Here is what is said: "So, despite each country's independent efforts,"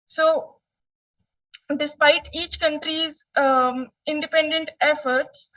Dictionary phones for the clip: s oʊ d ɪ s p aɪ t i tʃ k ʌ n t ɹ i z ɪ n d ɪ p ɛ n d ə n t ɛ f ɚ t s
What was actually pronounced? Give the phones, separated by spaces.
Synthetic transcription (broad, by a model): s oʊ d ɪ s p aɪ t i tʃ k ʌ n t ɹ i z ɪ n d ɪ p ɛ n d ə n t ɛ f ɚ t s